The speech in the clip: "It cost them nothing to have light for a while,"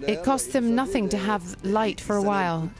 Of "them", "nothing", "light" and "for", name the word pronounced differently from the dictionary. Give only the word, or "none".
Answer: none